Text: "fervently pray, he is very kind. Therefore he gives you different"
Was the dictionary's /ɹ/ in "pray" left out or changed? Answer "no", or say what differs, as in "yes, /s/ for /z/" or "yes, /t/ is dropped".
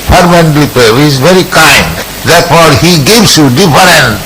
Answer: yes, /ɹ/ is dropped